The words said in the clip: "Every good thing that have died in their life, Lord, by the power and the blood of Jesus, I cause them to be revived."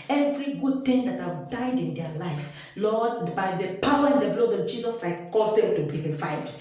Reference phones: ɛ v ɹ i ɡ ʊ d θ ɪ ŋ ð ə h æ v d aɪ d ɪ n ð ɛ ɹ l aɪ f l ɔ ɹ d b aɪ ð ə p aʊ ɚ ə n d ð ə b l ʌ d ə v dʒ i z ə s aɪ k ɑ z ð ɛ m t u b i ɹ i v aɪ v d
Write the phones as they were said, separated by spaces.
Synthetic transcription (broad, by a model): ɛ v ɹ i ɡ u d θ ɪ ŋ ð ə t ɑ w d aɪ d ɪ n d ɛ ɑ l aɪ f l ɔ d b aɪ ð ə p aʊ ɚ ə n d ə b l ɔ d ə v dʒ i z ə s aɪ k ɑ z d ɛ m t u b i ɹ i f aɪ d